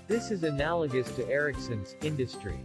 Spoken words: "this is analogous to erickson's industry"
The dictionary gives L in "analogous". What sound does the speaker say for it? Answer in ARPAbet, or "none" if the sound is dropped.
L